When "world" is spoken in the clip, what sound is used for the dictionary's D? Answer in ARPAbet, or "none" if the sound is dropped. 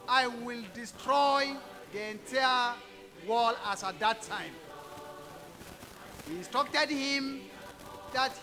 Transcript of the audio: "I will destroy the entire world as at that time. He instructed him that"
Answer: none